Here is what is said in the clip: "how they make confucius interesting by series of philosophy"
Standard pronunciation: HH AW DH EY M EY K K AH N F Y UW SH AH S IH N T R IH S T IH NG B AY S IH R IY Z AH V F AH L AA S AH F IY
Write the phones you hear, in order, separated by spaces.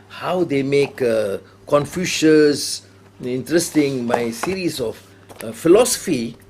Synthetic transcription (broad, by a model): HH AW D EY M EY K K AH N F Y UW SH AH S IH N T R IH S T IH NG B AY S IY R IY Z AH F F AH L AA S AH F IY